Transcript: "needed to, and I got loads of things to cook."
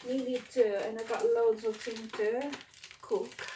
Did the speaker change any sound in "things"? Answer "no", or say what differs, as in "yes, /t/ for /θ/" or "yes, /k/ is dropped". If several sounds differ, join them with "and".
yes, /z/ is dropped